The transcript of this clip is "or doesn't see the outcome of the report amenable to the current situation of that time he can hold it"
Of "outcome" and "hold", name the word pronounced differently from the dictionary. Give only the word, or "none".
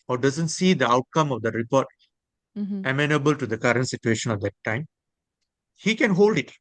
none